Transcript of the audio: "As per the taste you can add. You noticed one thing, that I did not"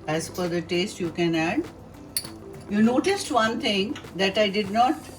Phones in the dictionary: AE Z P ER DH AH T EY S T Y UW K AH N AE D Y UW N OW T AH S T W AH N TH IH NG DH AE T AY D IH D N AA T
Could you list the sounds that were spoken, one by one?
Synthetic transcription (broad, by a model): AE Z F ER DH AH T EY S T Y UW K AH N AE D Y UW N OW T AH S T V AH N T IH NG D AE T AY D IH D N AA T